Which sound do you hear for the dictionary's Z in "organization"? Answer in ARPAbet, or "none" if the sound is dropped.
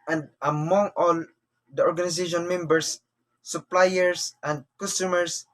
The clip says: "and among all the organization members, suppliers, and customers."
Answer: S